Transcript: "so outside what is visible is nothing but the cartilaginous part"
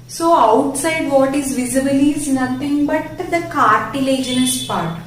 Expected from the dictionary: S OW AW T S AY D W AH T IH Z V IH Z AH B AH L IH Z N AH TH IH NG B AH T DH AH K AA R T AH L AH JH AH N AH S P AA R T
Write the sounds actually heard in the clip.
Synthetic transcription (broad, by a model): S OW AW T S AY D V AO T IH Z V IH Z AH B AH L IH Z N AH T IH NG B AH T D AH K AA R T AH L AH JH AH N AH S P AA R T